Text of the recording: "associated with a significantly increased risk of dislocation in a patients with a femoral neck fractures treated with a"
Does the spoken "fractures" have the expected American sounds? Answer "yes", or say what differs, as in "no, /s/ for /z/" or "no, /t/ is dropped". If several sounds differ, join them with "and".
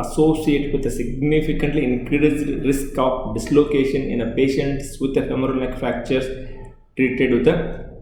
no, /ɹ/ is dropped and /s/ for /z/